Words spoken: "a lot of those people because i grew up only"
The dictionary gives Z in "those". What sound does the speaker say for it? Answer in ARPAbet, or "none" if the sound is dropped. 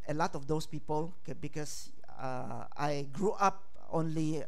S